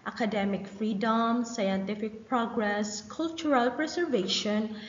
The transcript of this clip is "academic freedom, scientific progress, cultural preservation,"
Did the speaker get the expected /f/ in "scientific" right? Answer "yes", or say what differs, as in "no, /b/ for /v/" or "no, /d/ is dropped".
yes